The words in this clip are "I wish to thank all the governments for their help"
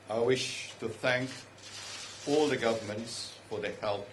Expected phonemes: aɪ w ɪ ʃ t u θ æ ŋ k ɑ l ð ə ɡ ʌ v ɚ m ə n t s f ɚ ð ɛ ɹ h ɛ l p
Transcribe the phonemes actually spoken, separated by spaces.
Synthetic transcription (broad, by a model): aɪ w ɪ ʃ t u θ æ ŋ k ɑ l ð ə ɡ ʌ v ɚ m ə n t s f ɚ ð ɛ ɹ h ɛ l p